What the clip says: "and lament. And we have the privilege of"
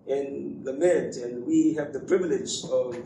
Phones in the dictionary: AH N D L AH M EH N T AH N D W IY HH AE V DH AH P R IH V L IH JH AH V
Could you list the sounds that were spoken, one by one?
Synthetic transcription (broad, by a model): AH N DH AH M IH T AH N W IY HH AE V DH AH P R IH V L IH JH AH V